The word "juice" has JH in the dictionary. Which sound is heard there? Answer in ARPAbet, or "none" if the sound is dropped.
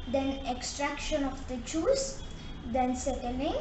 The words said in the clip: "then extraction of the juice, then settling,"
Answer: CH